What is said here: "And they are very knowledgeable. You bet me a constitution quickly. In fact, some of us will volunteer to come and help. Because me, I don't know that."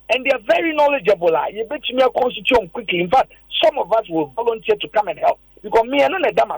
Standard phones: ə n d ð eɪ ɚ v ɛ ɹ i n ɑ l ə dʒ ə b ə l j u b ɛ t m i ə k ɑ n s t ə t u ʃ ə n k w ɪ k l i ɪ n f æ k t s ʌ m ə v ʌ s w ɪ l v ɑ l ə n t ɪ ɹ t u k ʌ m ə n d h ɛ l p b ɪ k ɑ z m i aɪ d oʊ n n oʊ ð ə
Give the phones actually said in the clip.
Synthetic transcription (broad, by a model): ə n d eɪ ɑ v ɛ ɹ i n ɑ l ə dʒ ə b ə l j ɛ b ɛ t m i ə k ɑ n s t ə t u ə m k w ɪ k l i ɪ n f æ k t s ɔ m ə v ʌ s w ɪ l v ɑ l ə n t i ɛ t u k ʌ m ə n h ɛ l p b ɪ k ɑ s m i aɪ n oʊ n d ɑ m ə